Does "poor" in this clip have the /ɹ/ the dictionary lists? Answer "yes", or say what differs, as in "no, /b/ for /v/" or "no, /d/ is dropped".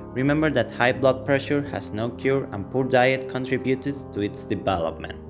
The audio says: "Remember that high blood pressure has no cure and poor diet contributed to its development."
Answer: yes